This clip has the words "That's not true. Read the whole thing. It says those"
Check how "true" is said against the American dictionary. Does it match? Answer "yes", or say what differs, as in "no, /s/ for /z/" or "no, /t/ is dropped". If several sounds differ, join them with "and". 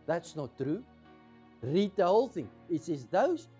yes